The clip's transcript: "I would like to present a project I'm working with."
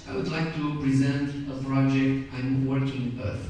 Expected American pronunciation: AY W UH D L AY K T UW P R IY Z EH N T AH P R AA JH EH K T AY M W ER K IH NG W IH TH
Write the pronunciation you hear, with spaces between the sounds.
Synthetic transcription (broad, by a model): AY W UH D L AY K T UW P R IY Z EH N T AH P R AA JH EH K T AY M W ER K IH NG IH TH